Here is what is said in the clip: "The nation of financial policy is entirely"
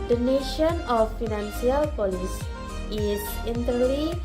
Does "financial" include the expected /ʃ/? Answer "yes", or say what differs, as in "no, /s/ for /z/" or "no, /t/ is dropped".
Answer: no, /s/ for /ʃ/